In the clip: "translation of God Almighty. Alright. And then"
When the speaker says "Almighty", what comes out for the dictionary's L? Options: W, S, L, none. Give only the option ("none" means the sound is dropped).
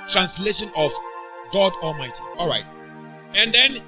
L